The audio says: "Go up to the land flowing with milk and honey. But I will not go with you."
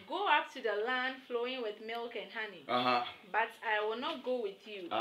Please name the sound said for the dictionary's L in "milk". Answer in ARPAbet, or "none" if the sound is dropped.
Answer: L